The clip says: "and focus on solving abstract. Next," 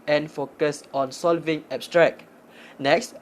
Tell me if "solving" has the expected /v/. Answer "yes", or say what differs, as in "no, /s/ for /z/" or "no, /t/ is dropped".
yes